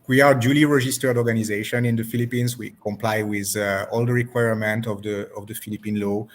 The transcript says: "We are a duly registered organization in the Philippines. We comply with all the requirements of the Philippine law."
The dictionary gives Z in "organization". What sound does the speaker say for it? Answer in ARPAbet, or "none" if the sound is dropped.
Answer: Z